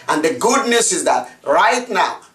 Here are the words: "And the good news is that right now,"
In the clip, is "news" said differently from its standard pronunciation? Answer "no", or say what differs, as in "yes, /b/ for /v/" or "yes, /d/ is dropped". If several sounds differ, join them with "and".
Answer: yes, /s/ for /z/